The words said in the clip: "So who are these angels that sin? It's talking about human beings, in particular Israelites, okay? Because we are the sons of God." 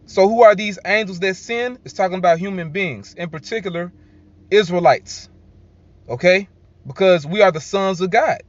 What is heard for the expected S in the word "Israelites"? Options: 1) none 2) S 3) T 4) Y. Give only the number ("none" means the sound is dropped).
2